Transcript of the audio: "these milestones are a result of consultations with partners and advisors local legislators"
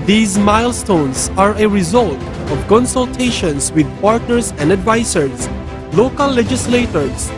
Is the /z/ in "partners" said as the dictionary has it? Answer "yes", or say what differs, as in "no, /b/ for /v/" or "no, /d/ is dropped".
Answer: no, /s/ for /z/